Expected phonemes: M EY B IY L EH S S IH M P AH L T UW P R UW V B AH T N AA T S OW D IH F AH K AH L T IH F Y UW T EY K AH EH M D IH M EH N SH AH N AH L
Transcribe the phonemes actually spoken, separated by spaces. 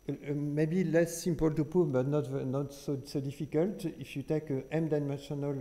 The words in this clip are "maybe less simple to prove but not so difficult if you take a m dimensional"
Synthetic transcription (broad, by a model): M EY B IY L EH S S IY M P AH L T UW P UW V B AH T N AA T S OW D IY F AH K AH L T IH F Y UW T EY K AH EH M D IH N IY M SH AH N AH L